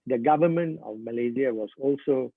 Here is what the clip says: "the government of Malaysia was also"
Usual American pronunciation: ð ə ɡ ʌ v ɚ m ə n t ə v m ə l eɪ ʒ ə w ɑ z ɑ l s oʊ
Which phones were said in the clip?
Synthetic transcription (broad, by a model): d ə ɡ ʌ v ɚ m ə n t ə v m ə l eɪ z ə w ɑ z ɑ l s oʊ